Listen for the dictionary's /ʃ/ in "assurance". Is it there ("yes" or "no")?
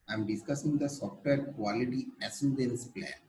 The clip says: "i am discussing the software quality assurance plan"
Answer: no